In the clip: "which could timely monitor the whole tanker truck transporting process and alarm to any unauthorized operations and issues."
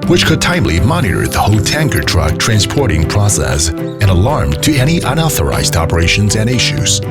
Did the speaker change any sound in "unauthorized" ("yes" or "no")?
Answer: no